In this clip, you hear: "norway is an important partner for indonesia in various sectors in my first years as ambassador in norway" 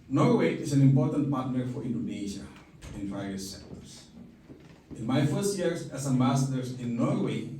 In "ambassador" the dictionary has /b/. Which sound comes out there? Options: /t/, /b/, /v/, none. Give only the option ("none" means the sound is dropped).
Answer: none